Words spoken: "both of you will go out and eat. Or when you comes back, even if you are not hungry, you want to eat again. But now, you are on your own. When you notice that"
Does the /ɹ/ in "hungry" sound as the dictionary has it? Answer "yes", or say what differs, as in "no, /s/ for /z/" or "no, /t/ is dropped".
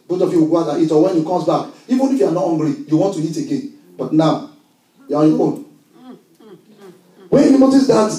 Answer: no, /l/ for /ɹ/